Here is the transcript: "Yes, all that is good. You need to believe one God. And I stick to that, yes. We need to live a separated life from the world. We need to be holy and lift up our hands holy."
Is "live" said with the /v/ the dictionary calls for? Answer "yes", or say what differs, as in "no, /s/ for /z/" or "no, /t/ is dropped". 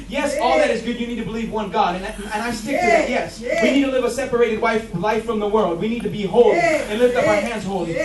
yes